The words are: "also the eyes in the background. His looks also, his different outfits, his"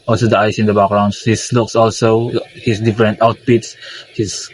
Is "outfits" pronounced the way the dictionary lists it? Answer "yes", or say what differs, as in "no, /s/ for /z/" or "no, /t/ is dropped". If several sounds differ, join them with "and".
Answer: no, /p/ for /f/